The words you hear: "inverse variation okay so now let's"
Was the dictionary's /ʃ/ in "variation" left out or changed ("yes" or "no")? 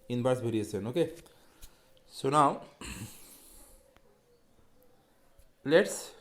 yes